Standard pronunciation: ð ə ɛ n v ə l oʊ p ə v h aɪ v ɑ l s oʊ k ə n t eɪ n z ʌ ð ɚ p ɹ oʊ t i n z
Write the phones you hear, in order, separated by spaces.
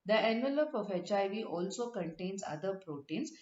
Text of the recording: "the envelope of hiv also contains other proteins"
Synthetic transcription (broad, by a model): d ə ɛ n v ə l oʊ p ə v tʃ aɪ v ɑ l s oʊ k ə n t eɪ n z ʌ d ɚ p ɹ oʊ t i n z